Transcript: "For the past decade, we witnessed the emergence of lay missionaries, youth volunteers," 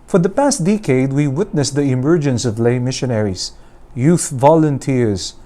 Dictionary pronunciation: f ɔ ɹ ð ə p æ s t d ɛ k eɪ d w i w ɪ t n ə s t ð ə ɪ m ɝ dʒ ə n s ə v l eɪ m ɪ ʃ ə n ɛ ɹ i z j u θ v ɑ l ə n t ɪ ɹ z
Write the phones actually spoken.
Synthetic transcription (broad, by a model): f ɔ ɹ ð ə p æ s t d ɛ k eɪ d w i w ɪ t n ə s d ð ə ɪ m ɝ dʒ ə n s ə v l eɪ m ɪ ʃ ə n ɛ ɹ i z j u θ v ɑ l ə n t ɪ ɹ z